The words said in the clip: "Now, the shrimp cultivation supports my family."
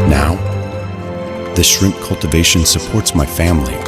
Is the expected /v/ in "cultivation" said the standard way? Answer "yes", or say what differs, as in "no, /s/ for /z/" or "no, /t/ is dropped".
yes